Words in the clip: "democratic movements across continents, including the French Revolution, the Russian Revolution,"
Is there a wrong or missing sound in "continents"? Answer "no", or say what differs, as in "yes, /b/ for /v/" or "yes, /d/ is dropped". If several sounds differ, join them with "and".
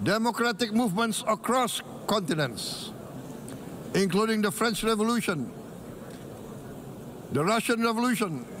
no